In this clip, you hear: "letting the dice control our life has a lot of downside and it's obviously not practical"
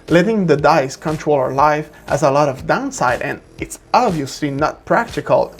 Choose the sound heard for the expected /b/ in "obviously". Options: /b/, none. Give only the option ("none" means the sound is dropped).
/b/